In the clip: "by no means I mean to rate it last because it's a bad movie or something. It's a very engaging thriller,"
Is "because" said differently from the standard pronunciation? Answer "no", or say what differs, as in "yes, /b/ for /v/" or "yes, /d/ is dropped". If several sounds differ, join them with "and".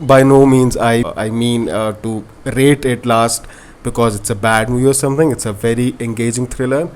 no